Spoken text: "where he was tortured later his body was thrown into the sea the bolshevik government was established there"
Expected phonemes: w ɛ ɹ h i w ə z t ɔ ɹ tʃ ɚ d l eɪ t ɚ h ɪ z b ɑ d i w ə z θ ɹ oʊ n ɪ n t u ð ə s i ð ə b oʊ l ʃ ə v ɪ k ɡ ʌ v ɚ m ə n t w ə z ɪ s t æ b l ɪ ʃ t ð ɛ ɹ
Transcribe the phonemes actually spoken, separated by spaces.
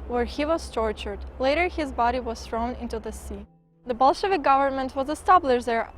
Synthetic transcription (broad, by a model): w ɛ ɹ h i w ə z t ɔ ɹ tʃ ɚ d l eɪ t ɚ h ɪ z b ɑ d i w ə z θ ɹ oʊ n ɪ n t u ð ə s i ð ə b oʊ l ʃ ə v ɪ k ɡ ʌ v ɚ m ə n t w ə z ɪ s t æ b l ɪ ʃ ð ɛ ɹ